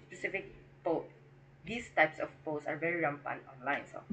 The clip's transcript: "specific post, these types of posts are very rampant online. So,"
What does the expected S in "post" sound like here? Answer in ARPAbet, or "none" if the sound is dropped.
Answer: none